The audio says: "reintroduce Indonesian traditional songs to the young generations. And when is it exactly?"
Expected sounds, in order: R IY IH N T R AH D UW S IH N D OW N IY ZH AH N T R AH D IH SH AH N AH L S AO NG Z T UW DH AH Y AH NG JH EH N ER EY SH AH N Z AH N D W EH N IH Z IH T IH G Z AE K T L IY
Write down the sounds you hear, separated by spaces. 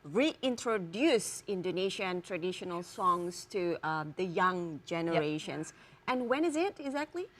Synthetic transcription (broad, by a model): R IY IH N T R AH D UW S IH N D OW N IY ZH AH N T R AH D IH SH AH N AH L S AO NG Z T UW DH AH Y AH NG JH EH N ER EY SH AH N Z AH N W EH N IH Z IH T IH G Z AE K T L IY